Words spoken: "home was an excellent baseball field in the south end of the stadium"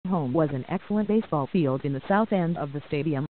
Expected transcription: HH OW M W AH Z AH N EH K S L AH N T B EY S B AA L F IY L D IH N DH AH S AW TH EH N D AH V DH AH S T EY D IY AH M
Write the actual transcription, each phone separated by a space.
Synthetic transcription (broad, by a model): HH OW M W AH Z AH N EH K S L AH N B EY S B AA L F IY L D IH N DH AH S AW TH EH N D AH V DH AH S T EY D IY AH M